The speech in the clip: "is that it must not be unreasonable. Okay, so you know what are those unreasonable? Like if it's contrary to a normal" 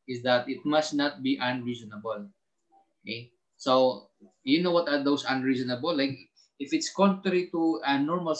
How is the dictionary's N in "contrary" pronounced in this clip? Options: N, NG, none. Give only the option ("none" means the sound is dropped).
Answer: N